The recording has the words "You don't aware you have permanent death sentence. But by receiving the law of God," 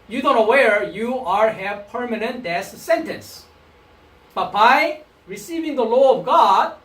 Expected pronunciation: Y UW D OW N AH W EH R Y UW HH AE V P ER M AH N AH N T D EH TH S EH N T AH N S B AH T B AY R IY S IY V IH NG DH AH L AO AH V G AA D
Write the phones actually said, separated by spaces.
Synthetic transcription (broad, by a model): Y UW D OW N AH W EH R Y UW HH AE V P ER M AH N AH N T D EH S S EH N T AH N S B AH T B AY R IY S IY V IH NG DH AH L AO AH V G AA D